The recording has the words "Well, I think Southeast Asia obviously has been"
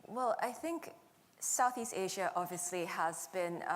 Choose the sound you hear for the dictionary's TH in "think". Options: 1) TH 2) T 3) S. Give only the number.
1